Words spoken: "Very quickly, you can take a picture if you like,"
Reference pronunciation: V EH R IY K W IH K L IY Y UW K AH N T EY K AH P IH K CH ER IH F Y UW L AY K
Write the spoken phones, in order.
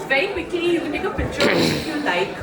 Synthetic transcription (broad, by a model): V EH R IY K W IH K L IY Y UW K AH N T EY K AH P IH CH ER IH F Y UW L AY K